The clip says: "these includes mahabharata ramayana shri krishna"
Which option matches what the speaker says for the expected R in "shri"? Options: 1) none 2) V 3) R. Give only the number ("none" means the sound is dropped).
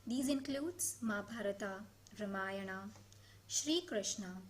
3